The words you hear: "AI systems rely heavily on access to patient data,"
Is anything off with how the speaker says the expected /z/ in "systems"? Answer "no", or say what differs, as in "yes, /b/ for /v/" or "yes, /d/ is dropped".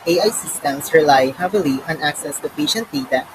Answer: yes, /s/ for /z/